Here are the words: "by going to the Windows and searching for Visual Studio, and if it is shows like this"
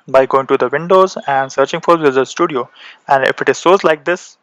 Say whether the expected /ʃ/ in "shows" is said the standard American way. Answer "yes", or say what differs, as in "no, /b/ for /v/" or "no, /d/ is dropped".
no, /s/ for /ʃ/